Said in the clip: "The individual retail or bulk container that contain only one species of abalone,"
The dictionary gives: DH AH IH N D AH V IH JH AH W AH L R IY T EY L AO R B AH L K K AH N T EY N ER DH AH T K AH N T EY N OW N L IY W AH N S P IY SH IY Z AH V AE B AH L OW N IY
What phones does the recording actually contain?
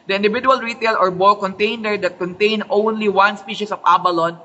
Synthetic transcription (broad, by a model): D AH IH N D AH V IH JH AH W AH L R IY T EY L AO R B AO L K K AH N T EY N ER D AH T K AH N T EY N OW N L IY W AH N S P IY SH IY S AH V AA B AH L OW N